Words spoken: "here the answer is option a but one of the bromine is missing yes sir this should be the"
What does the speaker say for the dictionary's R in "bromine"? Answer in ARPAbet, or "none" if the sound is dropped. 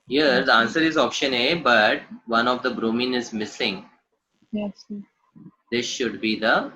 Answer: R